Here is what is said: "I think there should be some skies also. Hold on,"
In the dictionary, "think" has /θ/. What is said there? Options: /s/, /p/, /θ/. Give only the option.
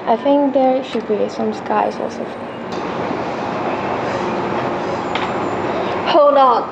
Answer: /θ/